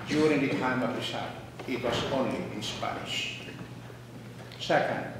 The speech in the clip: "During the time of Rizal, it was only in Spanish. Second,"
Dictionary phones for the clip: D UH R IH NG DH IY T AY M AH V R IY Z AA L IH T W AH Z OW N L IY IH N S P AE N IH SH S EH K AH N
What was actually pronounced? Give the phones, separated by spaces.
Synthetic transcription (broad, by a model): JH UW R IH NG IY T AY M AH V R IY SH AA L IH T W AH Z OW N L IY IH N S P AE IH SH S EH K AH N